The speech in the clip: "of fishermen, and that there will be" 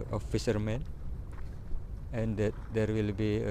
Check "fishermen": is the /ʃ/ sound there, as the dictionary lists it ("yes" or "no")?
no